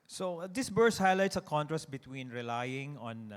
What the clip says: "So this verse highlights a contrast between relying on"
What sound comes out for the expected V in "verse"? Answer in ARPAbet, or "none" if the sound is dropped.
B